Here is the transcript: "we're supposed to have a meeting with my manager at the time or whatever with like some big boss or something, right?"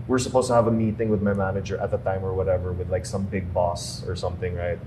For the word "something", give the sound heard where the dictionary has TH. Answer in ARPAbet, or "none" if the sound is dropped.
TH